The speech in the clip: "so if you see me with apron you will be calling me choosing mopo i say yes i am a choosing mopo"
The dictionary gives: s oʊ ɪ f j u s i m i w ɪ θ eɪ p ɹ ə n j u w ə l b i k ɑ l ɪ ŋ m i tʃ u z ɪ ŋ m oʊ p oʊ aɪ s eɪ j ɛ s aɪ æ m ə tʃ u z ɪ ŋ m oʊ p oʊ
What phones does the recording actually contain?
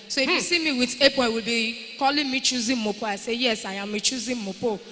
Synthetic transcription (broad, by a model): s oʊ ɪ f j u s i m i w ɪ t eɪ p ə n w ə l b i k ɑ l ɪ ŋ m i tʃ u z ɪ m m oʊ p oʊ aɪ s eɪ j ɛ s aɪ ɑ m ə tʃ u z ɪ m m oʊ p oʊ